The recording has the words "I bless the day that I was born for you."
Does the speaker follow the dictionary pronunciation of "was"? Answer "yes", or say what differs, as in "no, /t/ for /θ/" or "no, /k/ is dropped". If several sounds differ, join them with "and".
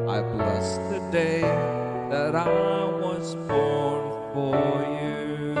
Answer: yes